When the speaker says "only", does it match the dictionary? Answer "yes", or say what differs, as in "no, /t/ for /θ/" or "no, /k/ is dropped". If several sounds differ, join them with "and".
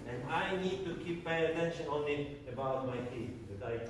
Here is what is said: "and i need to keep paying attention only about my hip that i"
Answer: no, /l/ is dropped